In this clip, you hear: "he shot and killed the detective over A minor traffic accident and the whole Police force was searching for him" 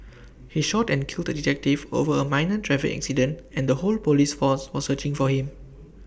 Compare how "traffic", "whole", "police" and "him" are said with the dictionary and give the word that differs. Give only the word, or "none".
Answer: traffic